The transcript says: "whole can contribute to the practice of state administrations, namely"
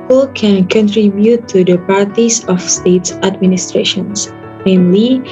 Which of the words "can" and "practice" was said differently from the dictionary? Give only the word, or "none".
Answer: practice